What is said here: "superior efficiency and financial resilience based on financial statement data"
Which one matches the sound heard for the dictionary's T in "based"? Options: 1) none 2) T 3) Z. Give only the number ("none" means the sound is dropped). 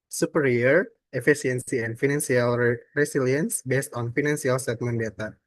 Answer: 2